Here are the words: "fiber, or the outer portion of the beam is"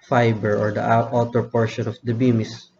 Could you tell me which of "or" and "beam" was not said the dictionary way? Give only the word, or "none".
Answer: none